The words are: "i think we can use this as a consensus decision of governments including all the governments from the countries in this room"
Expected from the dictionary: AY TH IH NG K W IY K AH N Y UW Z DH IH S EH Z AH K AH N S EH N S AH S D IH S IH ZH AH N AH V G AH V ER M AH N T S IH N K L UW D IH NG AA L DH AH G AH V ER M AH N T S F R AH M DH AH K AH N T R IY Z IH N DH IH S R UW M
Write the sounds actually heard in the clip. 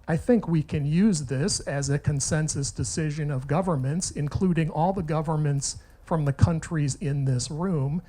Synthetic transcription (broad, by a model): AY TH IH NG K W IY K AH N Y UW Z DH IH S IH Z AH K AH N S EH N S AH S D IH S IH ZH AH N AH V G AH V ER M AH N T S IH N K L UW D IH NG AA L DH AH G AH V ER M AH N T S F R AH M DH AH K AH N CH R IY Z IH N DH IH S R UW M